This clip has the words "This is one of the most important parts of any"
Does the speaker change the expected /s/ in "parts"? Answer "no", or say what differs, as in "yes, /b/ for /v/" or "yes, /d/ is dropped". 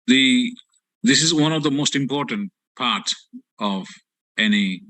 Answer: yes, /s/ is dropped